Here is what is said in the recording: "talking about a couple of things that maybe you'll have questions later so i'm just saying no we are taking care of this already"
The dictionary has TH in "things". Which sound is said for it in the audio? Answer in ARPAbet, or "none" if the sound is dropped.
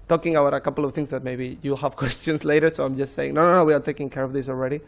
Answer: T